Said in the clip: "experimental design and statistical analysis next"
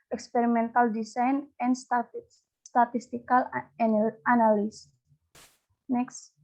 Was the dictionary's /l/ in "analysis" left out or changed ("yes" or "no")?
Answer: yes